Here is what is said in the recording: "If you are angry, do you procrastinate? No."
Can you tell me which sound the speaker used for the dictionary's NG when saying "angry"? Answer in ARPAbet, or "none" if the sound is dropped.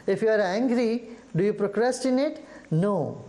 NG